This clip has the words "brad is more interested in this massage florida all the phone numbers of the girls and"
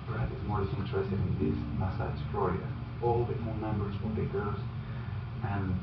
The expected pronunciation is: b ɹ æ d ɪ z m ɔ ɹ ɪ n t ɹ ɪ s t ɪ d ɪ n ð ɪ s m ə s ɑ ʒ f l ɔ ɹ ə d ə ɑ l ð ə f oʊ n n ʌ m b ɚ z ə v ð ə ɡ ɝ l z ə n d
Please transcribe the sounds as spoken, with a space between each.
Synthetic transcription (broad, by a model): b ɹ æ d ɪ z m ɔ ɹ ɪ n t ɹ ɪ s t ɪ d ɪ n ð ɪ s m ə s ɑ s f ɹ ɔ ɹ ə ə ɑ l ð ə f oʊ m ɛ m b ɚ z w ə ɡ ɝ z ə n